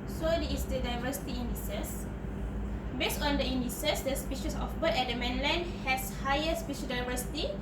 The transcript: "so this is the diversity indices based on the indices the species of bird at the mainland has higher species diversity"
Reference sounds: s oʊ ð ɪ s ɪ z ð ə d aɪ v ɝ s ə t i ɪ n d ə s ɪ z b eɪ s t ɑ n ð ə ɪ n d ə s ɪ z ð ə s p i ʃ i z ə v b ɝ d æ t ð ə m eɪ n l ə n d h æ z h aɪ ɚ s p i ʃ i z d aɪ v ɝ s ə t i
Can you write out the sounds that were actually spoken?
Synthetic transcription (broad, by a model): s oʊ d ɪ ɪ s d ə d aɪ v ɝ s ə t i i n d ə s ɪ s b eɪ s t ɑ n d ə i n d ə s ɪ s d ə s p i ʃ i s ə f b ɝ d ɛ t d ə m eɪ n l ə n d h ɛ s h aɪ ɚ s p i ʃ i d aɪ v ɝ s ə t i